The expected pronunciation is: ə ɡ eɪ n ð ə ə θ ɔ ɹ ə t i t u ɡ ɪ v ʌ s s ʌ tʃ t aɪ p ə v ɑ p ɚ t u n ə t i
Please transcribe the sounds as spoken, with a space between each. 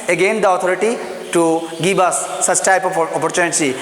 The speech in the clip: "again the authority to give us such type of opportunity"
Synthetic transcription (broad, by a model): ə ɡ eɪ n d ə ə t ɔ ɹ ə t i t u ɡ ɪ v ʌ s s ʌ tʃ t aɪ p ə p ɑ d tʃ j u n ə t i